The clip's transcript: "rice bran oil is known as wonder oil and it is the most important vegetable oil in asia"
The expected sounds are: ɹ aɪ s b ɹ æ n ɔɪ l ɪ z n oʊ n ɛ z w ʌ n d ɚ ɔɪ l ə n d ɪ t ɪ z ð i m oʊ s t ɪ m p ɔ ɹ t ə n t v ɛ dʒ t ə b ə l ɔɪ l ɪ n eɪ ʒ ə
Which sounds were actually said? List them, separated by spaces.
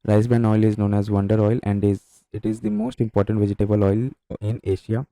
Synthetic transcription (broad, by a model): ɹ aɪ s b æ n ɔɪ l ɪ z n oʊ n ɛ z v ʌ n d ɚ ɔɪ l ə n d ɪ t ɪ z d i m oʊ s t ɪ m p ɔ ɹ t ə n t v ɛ dʒ t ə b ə l ɔɪ l ɪ n eɪ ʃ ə